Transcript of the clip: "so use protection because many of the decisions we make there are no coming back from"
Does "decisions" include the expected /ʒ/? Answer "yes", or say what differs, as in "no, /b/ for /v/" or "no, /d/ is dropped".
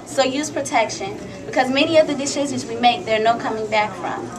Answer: no, /z/ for /ʒ/